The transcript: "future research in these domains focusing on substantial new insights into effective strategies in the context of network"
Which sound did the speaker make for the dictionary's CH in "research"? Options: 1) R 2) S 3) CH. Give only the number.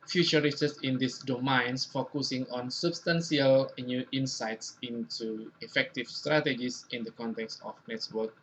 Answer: 2